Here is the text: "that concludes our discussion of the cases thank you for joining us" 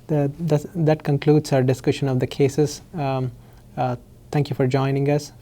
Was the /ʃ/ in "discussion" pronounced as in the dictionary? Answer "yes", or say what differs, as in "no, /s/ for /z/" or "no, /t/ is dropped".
yes